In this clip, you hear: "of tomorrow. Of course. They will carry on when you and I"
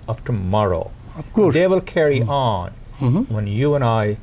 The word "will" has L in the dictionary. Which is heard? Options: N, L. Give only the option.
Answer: L